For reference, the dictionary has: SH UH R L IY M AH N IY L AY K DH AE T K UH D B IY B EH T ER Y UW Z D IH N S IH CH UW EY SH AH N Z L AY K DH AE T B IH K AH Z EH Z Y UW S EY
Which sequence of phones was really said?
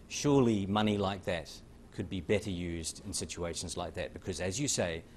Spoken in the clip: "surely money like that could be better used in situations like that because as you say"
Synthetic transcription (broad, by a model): SH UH R L IY M AH N IY L AY K DH AE T K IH D B IY B EH T ER Y UW Z D IH N S IH CH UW EY SH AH N Z L AY K DH AE T B IH K AH Z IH Z Y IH S EY